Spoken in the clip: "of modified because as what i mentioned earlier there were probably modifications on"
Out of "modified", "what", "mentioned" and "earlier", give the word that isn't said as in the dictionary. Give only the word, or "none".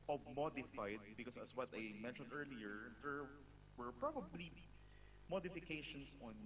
none